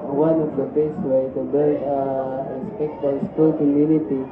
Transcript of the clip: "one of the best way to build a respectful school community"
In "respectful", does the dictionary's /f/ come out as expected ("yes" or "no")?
no